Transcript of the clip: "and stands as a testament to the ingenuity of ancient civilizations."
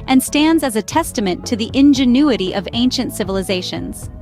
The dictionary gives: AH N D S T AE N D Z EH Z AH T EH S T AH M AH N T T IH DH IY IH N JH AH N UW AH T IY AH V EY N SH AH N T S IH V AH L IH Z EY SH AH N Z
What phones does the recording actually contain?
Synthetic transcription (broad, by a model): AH N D S T AE N D Z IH Z AH T EH S T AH M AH N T T IH DH IY IH N JH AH N UW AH T IY AH V EY N SH AH N T S IH V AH L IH Z EY SH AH N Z